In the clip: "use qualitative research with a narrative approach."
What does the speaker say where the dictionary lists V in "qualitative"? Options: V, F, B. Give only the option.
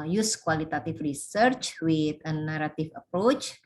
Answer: F